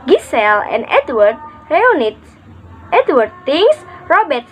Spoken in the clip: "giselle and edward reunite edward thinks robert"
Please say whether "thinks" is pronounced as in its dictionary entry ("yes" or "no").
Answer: no